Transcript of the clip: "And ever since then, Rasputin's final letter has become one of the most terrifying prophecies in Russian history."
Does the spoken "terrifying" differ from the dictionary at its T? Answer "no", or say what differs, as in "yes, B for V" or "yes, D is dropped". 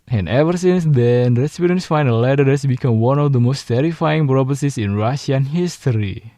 no